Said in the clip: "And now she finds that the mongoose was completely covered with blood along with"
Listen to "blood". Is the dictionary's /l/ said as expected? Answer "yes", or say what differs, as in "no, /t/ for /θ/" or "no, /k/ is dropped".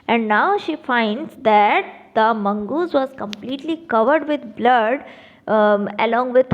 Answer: yes